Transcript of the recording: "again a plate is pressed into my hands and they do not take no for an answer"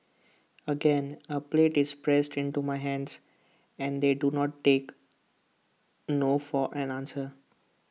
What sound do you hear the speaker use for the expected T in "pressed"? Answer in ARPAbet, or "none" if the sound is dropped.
T